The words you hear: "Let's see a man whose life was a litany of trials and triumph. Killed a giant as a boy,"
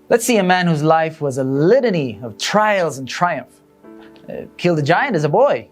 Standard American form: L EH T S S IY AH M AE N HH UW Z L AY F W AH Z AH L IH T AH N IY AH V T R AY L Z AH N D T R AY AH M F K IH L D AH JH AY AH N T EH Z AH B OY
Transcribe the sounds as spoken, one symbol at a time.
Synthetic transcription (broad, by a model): L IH T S S IY AH M AE N HH UW Z L AY F W AH Z AH L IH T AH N IY AH V T R AY L Z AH N T R AY AH M F K IH L D AH JH AY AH N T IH Z AH B OY